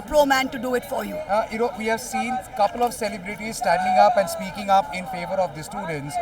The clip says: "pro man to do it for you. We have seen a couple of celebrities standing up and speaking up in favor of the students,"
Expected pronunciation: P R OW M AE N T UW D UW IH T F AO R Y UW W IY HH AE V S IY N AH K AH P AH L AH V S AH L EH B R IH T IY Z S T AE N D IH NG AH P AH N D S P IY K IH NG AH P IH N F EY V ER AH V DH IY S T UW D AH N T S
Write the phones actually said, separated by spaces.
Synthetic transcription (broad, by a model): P R OW M AE N T UW D UW IH T F AO R Y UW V IY HH AE V S IY N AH K AH P AH L AH V S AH L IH B R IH T IY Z S T AE N D IH NG AH P AH N D S P IY K IH NG AH P IH N F EY V ER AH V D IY S T UW D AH N T S